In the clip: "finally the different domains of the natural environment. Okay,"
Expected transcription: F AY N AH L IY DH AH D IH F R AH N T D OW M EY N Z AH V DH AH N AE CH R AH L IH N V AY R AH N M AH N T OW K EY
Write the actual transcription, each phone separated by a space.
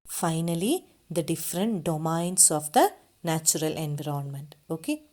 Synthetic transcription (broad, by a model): F AY N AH L IY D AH D IH F R AH N T D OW M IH N S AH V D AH N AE CH R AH L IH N V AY R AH N M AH N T OW K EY